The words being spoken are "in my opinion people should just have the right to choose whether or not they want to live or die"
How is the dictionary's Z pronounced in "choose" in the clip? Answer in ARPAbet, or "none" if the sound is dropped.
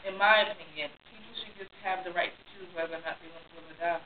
none